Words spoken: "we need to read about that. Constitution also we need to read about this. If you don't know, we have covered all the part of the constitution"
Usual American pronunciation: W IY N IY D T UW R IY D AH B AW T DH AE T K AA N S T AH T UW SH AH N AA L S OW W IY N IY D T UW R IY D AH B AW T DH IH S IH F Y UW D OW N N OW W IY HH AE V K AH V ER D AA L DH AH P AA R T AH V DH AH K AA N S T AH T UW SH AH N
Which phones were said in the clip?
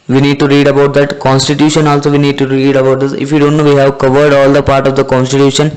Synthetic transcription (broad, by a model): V IY N IY D T UW R IY D AH B AW T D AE T K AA N S T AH T UW SH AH N AA L S OW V IY N IY D T UW R IY D AH B AW T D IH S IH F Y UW D OW N N OW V IY HH AE V K AH V ER D AA L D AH P AA R T AH V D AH K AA N S T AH T UW SH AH N